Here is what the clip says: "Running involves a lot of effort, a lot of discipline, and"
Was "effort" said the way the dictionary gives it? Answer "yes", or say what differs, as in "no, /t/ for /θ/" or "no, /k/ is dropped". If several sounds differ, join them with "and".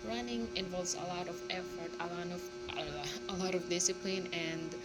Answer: yes